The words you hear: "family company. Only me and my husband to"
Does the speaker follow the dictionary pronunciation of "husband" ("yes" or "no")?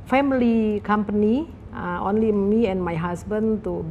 no